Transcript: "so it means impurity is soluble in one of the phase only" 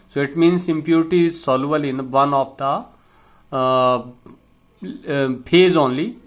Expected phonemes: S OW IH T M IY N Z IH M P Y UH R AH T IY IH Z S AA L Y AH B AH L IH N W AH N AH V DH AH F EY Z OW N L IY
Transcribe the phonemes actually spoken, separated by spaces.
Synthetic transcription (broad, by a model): S OW IH T M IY N S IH M P Y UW R T IY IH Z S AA L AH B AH L IH N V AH N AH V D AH P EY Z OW N L IY